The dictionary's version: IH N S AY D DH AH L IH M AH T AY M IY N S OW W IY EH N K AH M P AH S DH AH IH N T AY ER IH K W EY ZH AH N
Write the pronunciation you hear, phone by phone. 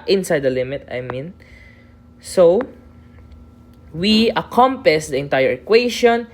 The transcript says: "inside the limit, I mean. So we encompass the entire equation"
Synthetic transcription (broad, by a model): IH N S AY D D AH L IH M AH T AY M IY N S OW W IY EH K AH M P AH S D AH IH N T AY ER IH K W EY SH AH N